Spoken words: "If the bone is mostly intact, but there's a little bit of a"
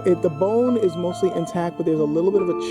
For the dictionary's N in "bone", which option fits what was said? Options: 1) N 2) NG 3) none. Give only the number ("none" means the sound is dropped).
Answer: 1